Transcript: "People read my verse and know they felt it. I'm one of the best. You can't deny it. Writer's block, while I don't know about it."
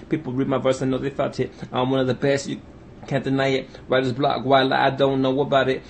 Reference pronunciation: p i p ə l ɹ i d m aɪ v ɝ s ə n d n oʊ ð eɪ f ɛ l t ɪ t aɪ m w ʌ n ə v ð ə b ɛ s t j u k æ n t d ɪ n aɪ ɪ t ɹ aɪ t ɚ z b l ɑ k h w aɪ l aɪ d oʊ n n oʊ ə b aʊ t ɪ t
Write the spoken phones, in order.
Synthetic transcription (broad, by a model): p i p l ɹ i d m aɪ v ɝ s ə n n oʊ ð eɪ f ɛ t ɪ t aɪ m w ʌ n ə v ð ə b ɛ s t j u k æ n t d ɪ n aɪ ɪ t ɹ aɪ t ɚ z b l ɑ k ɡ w aɪ l aɪ d oʊ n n oʊ ə b aʊ t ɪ t